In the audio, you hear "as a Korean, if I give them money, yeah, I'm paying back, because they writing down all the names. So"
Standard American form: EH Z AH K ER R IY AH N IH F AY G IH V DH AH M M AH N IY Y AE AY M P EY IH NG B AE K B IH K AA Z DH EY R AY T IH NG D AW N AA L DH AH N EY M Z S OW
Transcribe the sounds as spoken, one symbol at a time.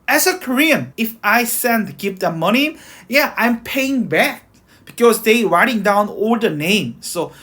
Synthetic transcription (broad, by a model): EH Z AH K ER R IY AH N IH F AY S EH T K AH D M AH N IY Y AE AY M P EY IH NG B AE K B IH K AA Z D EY R AY T IH NG D AW N AA L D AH N EY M S OW